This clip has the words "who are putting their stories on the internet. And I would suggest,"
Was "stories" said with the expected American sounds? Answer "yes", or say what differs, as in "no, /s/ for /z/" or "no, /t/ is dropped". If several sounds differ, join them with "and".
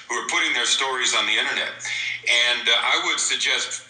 yes